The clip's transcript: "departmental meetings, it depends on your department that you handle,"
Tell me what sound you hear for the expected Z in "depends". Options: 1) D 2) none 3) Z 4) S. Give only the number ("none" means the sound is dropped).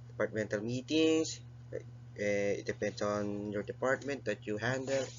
4